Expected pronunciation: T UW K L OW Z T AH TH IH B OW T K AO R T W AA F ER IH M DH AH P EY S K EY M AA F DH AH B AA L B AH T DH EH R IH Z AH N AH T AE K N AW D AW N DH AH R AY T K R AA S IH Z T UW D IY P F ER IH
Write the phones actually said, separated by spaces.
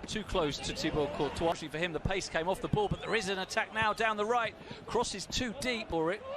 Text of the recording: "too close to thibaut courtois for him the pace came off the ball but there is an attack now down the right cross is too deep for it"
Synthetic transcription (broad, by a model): T UW K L OW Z T AH T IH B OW K AO L T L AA F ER IH M DH AH P EY S K EY M AA F DH AH B AA L B AH T DH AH R IH Z AH N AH T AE K N AW D AW N DH AH R AY T K R AA S IH Z T UW D IY P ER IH